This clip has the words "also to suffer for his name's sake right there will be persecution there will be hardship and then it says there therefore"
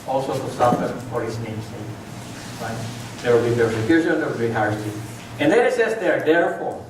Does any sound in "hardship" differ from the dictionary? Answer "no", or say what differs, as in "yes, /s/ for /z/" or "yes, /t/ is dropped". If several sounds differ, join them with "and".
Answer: yes, /p/ is dropped